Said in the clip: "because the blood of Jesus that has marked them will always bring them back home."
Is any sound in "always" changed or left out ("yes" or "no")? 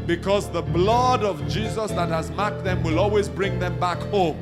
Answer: no